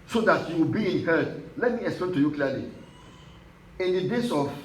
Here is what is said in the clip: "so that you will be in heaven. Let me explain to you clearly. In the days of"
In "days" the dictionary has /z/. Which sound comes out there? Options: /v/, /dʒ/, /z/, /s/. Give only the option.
/s/